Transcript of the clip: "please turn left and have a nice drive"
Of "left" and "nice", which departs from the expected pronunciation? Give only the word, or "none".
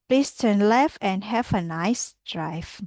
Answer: left